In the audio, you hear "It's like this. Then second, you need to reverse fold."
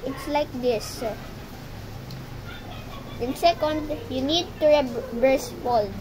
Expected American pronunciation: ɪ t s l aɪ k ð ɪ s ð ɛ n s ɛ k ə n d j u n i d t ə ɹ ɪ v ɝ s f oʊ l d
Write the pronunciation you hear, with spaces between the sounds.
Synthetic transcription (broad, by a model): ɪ t s l aɪ k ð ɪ s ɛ n s ɛ k ə n d j u n i d t ə ɹ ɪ b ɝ s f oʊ l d